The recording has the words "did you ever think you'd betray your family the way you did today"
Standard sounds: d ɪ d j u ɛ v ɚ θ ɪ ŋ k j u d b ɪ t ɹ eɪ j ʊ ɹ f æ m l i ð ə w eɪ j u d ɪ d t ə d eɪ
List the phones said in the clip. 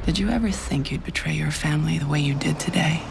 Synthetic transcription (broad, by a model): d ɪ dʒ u ɛ v ɚ θ ɪ ŋ k j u d b ɪ t ɹ eɪ j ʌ ɹ f æ m l i ð ə w eɪ j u d ɪ d t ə d eɪ